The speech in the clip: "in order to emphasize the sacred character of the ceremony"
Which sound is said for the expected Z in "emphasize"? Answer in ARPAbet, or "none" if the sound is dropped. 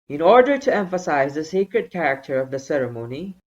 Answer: Z